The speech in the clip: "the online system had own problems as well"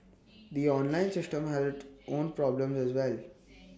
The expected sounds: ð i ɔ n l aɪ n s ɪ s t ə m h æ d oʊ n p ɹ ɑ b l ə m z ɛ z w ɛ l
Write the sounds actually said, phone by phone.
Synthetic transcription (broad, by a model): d i ɔ n l aɪ n s ɪ s t ə m h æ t oʊ n p ɹ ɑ b l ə m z ɛ z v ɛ l